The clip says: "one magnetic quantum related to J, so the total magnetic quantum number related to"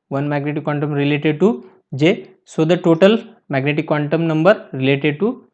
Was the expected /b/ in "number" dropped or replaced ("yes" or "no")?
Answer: no